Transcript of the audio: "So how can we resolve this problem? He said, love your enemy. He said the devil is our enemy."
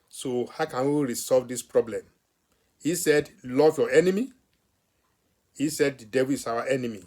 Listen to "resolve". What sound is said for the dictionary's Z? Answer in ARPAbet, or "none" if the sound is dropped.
S